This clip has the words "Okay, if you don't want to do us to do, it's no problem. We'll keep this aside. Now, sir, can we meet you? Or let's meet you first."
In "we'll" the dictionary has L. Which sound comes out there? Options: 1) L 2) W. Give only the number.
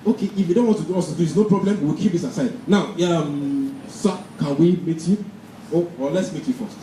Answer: 2